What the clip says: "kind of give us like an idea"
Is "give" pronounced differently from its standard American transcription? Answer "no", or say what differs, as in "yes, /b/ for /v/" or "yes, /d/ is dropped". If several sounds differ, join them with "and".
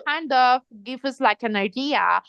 yes, /f/ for /v/